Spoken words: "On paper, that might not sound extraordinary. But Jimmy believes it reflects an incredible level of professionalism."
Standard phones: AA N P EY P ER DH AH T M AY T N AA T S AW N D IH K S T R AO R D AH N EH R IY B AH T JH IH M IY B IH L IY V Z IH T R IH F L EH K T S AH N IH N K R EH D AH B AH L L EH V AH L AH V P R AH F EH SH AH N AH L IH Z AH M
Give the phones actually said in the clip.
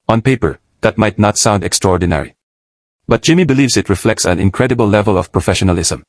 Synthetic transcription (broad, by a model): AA N P EY P ER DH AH T M AY T N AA T S AW N D IH K S T R AO R D AH N EH R IY B AH T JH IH M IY B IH L IY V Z IH T R IH F L EH K T S AH N IH N K R EH D AH B AH L L EH V AH L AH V P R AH F EH SH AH N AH L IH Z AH M